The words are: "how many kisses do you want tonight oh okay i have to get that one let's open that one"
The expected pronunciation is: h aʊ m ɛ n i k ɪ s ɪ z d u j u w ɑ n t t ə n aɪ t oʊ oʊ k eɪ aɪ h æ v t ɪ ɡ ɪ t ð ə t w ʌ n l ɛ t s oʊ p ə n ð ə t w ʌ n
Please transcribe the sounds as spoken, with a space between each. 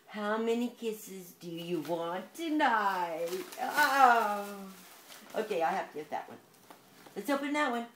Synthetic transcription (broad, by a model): h aʊ m ɛ n i k ɪ s ɪ z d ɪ j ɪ w ɑ n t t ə n aɪ t oʊ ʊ k eɪ aɪ h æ f t ɪ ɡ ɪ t ð ə t w ʌ n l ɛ t s oʊ p ə n ð ə t w ʌ n